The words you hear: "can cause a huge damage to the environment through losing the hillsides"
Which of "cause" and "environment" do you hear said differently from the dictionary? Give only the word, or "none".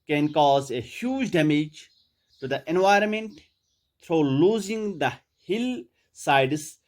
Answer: none